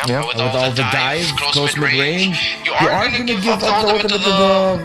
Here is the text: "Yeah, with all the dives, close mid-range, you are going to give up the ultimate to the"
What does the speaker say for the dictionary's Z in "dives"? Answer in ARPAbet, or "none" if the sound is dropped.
none